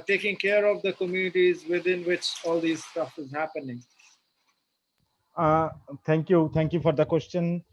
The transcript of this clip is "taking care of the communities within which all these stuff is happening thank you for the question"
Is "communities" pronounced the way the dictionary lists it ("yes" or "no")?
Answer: yes